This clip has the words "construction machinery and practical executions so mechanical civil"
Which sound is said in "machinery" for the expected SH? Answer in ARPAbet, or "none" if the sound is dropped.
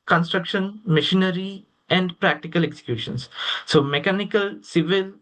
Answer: SH